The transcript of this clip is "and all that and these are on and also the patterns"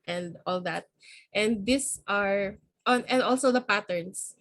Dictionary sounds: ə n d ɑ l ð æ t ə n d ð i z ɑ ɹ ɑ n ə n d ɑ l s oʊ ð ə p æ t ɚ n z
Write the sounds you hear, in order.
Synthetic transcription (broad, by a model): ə n d ɑ l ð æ t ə n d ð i s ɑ ɹ ɑ n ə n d ɑ l s oʊ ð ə p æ t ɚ n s